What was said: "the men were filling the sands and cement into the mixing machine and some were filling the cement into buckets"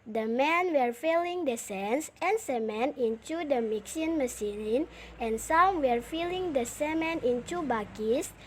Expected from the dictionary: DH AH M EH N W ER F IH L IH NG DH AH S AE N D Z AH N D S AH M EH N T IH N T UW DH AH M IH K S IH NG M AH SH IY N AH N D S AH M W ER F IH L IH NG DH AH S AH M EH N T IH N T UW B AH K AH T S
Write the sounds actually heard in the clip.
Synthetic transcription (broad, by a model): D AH M EH N W ER F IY L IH NG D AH S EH N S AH N S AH M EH N IH N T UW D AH M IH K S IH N M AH S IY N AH N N S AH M W ER F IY L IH NG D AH S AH M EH N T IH N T UW B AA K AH S